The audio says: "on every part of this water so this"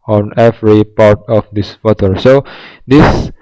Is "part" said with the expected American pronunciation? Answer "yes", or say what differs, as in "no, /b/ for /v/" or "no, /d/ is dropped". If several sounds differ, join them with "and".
yes